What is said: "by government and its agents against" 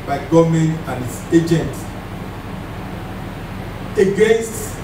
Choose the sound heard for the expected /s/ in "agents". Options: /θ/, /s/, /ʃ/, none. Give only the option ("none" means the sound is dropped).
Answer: none